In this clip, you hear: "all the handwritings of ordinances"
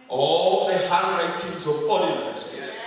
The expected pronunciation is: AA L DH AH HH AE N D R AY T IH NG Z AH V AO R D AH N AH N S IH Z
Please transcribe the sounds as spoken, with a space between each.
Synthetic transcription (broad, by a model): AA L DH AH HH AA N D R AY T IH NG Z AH P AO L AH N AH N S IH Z